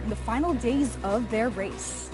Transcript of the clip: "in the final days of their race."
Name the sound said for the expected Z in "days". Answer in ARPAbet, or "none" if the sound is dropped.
Z